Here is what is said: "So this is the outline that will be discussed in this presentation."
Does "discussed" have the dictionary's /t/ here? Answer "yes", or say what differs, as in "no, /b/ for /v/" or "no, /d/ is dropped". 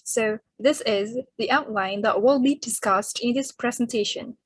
yes